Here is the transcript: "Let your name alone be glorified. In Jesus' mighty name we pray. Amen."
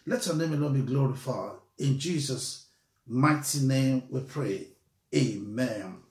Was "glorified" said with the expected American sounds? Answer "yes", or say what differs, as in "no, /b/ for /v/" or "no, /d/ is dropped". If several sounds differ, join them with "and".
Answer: no, /d/ is dropped